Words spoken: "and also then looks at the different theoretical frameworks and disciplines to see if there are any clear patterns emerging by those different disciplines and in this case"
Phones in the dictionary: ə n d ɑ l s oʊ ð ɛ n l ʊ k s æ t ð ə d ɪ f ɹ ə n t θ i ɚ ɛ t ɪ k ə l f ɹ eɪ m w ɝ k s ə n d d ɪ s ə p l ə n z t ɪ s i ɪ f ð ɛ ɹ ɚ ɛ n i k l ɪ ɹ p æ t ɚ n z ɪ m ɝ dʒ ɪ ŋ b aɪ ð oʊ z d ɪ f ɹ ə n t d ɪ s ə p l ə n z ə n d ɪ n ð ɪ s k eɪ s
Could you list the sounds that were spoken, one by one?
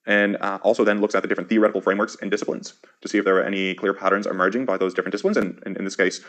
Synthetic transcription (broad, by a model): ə n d ɑ l s oʊ ð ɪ n l ʊ k s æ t ð ə d ɪ f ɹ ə n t θ i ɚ ɛ t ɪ k l f ɹ eɪ m w ɝ k s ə n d d ɪ s ə p l ə n z t ɪ s i ɪ f ð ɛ ɹ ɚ ɛ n i k l ɪ ɹ p æ t ɚ n z ɪ m ɝ dʒ ɪ ŋ b aɪ ð oʊ z d ɪ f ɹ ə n d ɪ s ə p l ə n z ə n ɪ ɪ n ð ɪ s k eɪ s